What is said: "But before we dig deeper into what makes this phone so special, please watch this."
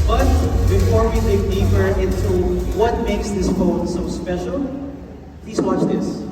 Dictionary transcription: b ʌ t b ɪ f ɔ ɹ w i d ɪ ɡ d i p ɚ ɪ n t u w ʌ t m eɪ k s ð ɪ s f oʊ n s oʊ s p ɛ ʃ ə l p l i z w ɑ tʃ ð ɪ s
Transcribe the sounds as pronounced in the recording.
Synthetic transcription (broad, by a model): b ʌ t b ɪ f ɔ ɹ w i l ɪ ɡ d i f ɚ ɪ n t u w ʌ t m eɪ k s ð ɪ s f oʊ n s oʊ s p ɛ ʃ ə l p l i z w ɑ tʃ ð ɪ s